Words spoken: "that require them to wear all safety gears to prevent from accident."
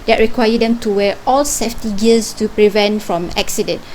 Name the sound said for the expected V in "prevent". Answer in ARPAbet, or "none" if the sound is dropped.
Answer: V